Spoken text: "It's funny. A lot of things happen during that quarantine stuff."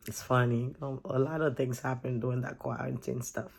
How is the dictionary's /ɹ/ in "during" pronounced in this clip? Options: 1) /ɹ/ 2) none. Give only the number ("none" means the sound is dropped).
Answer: 2